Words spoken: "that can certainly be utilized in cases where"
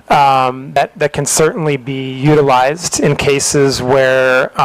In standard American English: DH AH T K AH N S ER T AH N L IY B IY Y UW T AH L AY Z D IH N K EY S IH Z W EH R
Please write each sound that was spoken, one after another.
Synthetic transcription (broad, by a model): DH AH T K AH N S ER T N L IY B IY Y UW T AH L AY Z D IH N K EY S IH Z W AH R